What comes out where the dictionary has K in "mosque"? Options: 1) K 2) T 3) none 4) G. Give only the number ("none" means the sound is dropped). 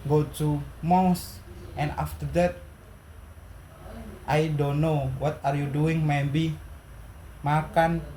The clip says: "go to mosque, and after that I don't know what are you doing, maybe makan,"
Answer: 3